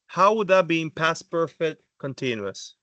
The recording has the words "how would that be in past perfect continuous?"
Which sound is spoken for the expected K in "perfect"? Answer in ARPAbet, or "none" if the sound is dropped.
none